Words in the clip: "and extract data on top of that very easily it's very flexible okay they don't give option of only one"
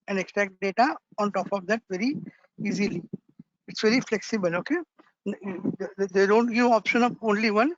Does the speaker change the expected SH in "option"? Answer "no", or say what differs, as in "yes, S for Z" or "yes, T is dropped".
no